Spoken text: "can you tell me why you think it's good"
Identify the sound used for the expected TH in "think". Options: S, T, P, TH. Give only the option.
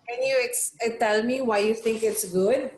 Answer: T